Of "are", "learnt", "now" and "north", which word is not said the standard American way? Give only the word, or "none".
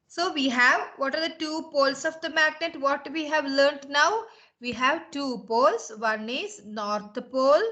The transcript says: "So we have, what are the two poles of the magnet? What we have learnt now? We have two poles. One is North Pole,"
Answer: north